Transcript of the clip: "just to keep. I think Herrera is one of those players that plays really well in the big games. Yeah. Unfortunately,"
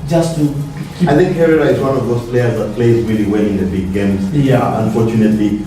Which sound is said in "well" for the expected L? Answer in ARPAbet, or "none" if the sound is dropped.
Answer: N